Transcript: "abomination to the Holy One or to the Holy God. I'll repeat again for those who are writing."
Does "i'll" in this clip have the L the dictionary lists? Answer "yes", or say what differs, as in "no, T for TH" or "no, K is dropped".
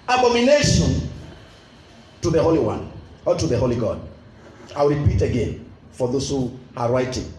no, W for L